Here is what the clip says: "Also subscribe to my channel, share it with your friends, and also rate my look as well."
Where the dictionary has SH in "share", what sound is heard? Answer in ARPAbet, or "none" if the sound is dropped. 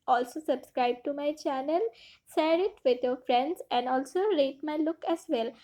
S